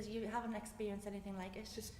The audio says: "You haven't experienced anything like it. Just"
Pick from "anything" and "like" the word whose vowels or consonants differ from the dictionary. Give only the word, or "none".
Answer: none